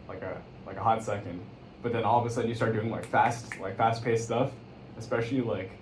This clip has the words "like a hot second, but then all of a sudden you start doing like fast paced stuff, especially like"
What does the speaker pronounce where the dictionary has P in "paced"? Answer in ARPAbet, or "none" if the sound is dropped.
P